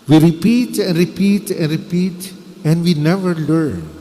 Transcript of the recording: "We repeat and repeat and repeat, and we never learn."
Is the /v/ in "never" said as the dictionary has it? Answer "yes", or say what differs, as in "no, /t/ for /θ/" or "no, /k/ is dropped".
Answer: yes